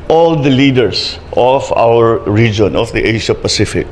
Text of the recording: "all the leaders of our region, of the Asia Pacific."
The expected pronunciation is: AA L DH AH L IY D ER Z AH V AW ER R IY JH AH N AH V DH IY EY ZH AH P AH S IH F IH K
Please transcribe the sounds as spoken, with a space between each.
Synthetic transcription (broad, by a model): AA L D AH L IY D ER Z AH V AW ER R IY JH AH N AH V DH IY EY SH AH P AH S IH F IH K